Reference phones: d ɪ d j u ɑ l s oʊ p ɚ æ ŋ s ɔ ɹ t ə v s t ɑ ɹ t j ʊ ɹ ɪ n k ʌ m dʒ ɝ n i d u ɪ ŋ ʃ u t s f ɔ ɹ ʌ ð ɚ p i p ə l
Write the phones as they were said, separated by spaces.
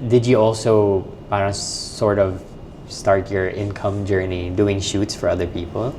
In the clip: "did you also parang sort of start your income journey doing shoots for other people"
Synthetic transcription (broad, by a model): d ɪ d j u ɑ l s oʊ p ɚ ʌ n s ɔ ɹ t ə v s t ɑ ɹ t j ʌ ɹ ɪ n k ʌ m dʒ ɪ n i d u ɪ ŋ ʃ u t s f ɔ ɹ ʌ ð ɚ p i p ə l